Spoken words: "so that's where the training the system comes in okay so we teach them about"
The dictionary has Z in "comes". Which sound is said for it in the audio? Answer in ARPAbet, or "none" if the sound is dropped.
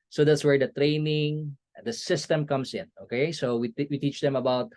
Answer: S